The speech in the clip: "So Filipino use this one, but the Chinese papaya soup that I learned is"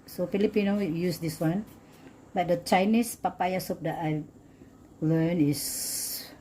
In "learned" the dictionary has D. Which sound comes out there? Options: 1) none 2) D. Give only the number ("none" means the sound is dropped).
1